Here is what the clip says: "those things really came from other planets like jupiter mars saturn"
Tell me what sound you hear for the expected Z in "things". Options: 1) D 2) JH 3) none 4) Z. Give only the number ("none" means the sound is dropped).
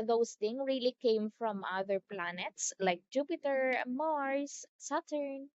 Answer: 3